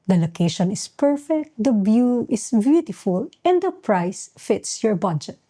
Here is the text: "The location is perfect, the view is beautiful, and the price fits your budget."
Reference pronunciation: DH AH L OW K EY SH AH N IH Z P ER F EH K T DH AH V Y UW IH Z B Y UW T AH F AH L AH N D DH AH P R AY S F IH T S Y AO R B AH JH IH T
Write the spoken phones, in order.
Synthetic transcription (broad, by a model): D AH L OW K EY SH AH N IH S P ER F EH K T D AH B Y UW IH S B Y UW T AH F AH L AH N D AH P R AY S F IH T S Y AO R B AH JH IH T